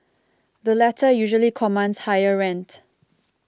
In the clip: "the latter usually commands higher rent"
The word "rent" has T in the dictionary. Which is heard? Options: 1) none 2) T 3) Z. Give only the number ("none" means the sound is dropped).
2